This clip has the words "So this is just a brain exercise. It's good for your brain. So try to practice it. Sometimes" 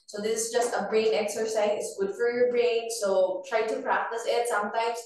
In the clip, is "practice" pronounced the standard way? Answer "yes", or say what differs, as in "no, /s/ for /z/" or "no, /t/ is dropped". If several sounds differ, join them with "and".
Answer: yes